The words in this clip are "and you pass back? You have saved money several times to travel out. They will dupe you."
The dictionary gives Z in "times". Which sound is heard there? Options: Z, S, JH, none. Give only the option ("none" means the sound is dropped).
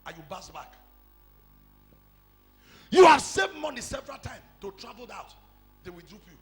none